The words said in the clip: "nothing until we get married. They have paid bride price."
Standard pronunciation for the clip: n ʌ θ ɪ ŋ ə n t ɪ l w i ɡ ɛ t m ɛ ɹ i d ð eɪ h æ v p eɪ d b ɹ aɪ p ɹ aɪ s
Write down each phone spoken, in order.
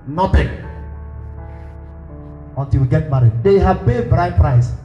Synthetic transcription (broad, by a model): n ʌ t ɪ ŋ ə n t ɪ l w i ɡ ɛ t m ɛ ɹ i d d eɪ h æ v b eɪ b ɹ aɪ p ɹ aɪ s